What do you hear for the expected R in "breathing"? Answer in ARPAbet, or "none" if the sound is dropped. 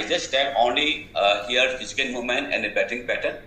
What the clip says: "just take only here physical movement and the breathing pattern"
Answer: none